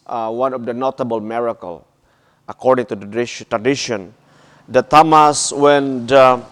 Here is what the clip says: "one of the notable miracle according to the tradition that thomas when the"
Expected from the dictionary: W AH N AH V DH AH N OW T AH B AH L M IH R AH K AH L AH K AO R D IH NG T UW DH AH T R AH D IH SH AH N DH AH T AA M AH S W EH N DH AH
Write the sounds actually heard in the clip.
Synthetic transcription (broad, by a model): W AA N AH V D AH N OW T AH B AH L M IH R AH K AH L AH K AO R D IH NG T UW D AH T R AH D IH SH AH N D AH T AA M AH S W EH N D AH